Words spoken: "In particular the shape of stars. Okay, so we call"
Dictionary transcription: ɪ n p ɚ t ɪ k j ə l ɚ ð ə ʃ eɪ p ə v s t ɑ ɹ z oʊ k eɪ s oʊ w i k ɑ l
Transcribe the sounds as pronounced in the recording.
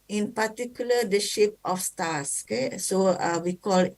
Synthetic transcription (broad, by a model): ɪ n p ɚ t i k j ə l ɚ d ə ʃ eɪ p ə f s t ɑ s oʊ k eɪ s oʊ w i k ɑ l